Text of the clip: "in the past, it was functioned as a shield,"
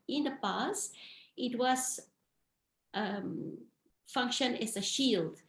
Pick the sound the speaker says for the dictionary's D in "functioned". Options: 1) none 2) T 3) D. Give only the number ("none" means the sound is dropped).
1